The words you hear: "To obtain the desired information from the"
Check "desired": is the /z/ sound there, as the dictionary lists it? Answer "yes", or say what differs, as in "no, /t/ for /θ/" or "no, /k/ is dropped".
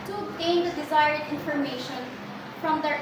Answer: yes